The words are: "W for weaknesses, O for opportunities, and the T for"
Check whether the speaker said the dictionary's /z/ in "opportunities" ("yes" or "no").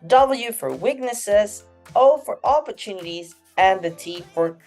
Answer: yes